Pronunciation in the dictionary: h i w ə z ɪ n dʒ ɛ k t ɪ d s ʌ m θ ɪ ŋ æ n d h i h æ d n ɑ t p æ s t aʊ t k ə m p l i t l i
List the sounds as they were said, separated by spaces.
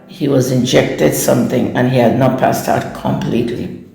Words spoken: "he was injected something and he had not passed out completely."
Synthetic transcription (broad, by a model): h i w ə z ɪ n dʒ ɛ k t ɪ d s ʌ m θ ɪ ŋ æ n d h i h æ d n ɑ t p æ s t aʊ t k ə m p l i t l i